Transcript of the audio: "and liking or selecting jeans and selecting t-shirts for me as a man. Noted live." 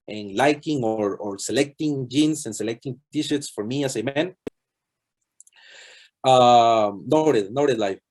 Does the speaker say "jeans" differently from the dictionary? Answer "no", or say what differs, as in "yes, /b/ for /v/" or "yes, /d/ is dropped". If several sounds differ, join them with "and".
yes, /s/ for /z/